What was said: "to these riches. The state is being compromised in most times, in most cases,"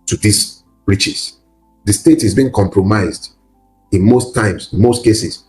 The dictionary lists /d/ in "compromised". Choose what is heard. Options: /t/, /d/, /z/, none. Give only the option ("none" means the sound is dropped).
/d/